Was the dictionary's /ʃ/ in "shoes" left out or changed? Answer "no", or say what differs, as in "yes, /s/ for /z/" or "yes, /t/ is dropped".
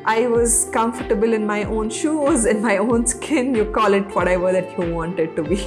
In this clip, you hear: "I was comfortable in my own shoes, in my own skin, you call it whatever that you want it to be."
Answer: no